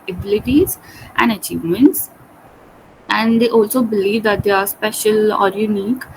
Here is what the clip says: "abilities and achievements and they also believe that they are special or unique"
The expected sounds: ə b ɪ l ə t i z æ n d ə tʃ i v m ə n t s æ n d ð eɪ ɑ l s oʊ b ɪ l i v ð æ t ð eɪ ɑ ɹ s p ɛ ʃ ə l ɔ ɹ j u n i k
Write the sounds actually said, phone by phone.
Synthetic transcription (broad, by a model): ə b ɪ l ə t i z æ n d ə tʃ i v m ə n t s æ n d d eɪ ɑ l s oʊ b ɪ l i v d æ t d eɪ ɑ ɹ s p ɛ ʃ ə l ɔ ɹ j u n i k